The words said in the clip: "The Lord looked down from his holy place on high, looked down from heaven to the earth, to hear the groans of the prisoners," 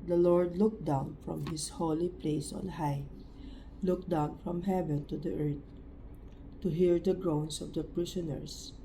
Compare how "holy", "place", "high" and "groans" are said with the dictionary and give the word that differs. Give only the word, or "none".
groans